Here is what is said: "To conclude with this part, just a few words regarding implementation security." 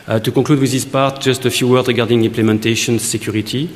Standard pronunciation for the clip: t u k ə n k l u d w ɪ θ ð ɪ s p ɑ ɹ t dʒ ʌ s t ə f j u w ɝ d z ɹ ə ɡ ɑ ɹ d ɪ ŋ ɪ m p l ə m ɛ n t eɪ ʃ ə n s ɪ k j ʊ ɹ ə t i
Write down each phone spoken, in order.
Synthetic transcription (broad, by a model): t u k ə k l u d w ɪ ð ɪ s p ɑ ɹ t dʒ ʌ s t ə f j u w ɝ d ɹ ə ɡ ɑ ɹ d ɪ ŋ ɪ m p l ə m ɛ n t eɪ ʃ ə n s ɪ k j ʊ ɹ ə t i